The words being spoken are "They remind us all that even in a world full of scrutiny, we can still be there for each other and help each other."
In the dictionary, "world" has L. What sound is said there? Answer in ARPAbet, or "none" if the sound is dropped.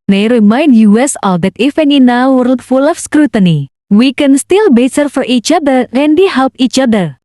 none